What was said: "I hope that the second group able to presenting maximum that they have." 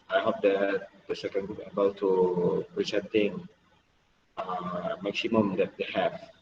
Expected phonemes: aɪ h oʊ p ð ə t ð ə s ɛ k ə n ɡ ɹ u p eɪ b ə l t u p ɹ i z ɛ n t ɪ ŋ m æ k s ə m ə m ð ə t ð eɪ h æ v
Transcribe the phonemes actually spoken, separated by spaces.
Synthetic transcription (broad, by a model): aɪ h oʊ p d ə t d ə s ɛ k ə n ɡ u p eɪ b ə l t u p ɹ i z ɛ n t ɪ ŋ m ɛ k s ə m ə m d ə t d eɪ h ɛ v